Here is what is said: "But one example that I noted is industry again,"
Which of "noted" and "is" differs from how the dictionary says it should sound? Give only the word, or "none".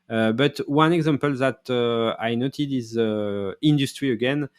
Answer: none